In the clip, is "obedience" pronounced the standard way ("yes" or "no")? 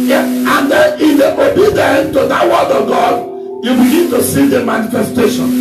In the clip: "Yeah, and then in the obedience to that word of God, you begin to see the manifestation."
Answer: no